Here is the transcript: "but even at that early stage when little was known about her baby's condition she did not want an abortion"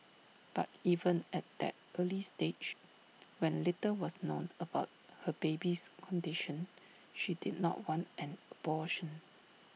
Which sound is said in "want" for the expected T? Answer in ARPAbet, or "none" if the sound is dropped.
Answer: T